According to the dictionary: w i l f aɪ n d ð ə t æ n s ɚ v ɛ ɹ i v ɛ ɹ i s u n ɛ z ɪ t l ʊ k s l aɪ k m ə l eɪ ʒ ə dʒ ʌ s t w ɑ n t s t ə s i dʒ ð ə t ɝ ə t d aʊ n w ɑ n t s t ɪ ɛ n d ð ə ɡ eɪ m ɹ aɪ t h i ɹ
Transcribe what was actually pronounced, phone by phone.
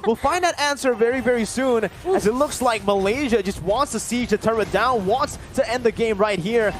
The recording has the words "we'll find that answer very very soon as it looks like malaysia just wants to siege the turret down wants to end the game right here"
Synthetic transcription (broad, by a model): w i l f aɪ n ð ə t æ n s ɚ v ɛ ɹ i v ɛ ɹ i s u n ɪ z ɪ t l ʊ k s l aɪ k m ə l eɪ ʒ ə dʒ ʌ s t w ɑ n t s t ə s i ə t ɝ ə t d aʊ n w ɑ n t s t ɪ ɛ n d ð ə ɡ eɪ m ɹ aɪ t h i ɹ